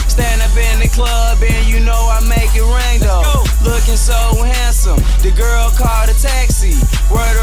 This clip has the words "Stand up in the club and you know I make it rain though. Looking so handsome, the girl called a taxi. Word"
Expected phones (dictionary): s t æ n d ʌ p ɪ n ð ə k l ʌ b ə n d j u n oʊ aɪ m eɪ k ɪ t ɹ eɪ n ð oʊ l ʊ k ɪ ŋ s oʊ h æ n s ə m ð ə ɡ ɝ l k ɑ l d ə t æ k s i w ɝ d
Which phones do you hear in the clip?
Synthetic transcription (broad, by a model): s t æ n d ʌ p ɪ n ð ə k l ʌ b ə n j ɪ n oʊ aɪ m eɪ k ɪ t ɹ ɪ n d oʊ l ʊ k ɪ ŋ s oʊ h æ n s ə m ð ə ɡ ɝ l k ɑ l d ə t æ k s i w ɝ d